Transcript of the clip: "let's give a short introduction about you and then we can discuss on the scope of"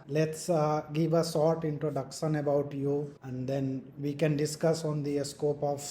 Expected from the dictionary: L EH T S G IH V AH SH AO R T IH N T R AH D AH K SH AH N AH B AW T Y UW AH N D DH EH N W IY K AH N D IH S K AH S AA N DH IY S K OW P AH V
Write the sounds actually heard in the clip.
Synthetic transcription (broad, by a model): L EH T S G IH V AH S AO R T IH N T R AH D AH K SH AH N AH B AW T Y UW AH N D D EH N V IY K AH N D IH S K AH S AA N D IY S K OW P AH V